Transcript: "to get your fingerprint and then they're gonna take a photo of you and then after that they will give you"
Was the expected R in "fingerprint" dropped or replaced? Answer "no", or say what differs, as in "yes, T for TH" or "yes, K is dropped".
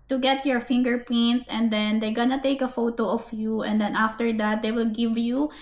yes, R is dropped